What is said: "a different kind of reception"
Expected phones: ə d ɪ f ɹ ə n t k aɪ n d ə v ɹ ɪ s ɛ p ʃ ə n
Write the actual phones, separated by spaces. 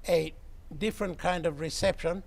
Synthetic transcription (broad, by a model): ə d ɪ f ɹ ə n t k aɪ n d ə v ɹ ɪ s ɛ p ʃ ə n